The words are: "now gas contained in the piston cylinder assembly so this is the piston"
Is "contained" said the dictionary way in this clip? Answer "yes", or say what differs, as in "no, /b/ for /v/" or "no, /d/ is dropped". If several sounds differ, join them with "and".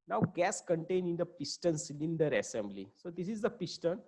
no, /d/ is dropped